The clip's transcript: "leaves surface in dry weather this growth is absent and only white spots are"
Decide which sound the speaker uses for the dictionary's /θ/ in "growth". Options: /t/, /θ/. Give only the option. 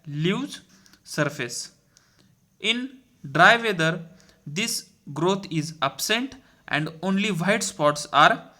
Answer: /t/